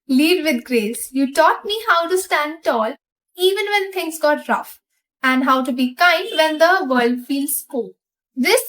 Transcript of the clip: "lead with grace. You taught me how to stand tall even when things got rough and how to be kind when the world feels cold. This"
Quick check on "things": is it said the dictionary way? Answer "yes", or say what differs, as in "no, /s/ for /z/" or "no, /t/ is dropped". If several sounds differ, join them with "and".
no, /t/ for /θ/